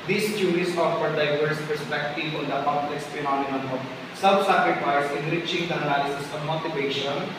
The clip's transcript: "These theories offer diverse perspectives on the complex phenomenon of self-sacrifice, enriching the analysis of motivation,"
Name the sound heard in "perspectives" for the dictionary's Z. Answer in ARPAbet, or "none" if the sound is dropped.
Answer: none